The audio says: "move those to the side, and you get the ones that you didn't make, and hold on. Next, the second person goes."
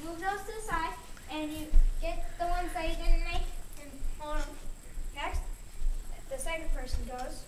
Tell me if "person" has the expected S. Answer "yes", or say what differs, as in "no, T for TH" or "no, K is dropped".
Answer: yes